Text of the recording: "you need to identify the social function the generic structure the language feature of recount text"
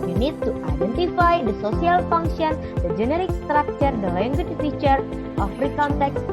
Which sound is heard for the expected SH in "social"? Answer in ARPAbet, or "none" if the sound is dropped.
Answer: S